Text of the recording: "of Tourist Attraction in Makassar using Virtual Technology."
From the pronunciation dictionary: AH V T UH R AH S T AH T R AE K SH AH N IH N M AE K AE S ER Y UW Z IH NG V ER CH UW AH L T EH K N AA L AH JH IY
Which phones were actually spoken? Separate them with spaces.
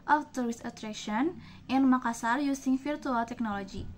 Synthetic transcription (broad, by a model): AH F T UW R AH S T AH T R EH K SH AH N IH N M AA K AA S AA Y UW S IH NG F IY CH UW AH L T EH K N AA L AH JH IY